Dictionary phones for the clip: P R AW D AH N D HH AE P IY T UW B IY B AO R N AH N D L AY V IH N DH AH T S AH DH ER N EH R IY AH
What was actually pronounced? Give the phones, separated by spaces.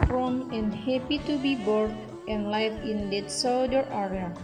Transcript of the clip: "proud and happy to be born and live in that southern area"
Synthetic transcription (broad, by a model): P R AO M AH N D HH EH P IY T UW B IY B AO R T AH N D L AY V IH N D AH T S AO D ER EH R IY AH